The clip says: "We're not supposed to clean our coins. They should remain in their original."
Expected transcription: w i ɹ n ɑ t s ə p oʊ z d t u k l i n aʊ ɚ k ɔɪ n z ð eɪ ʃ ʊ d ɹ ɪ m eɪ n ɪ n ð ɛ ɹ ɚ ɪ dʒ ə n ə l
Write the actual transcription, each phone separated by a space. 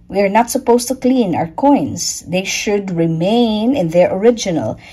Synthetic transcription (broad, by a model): w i ɹ n ɑ t s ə p oʊ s t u k l i n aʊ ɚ k ɔɪ n s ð eɪ ʃ ʊ d ɹ ɪ m eɪ n ɪ n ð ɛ ɹ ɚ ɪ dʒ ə n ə l